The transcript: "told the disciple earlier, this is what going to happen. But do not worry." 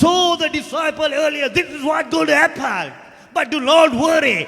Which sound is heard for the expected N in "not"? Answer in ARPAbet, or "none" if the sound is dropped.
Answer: L